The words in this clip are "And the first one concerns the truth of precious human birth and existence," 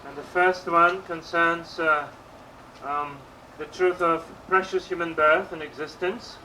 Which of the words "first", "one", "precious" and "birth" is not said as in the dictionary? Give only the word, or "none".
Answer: none